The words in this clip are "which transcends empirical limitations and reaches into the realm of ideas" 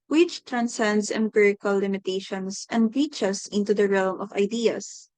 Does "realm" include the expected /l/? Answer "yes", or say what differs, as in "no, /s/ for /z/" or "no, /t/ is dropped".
yes